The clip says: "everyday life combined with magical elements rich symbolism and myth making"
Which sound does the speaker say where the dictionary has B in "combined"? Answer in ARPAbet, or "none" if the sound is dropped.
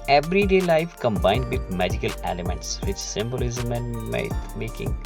B